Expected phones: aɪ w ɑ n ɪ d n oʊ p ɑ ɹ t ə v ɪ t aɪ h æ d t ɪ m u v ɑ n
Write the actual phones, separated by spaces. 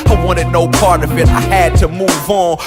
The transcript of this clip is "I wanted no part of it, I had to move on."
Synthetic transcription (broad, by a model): aɪ w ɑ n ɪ d n oʊ p ɑ ɹ t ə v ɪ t aɪ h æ d t ɪ m u v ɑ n